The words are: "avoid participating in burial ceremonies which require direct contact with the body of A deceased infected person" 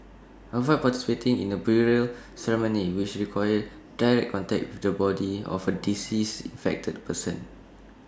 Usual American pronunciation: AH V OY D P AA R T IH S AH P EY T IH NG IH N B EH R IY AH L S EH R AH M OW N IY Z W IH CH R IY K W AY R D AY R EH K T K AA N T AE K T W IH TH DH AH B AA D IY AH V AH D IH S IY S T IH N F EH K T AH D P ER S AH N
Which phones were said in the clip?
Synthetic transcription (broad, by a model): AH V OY P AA T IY S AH P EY T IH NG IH N B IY R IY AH L S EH R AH M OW N IY W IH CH R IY K W AY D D AY R EH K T K AA N T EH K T W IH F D AH B AA D IY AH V AH D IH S IY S IH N F EH K T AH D P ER S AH N